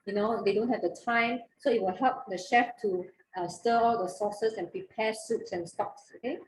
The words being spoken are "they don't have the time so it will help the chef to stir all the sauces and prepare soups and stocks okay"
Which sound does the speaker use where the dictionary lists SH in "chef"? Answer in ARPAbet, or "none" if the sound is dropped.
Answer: SH